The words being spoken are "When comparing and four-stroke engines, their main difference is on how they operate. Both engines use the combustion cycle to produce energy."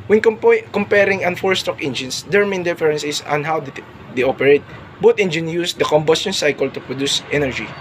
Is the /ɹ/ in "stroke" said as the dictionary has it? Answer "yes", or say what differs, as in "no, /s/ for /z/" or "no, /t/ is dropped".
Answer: no, /ɹ/ is dropped